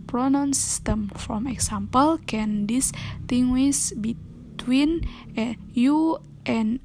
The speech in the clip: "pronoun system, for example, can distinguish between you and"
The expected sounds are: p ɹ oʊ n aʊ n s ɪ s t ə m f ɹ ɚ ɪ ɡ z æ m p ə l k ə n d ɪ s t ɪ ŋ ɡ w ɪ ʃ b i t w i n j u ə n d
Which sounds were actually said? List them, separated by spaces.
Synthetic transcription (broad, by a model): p ɹ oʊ n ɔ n s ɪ s t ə m f ɹ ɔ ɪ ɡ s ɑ m p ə l k ə n d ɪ s t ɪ ŋ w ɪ s b i t w i n j u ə n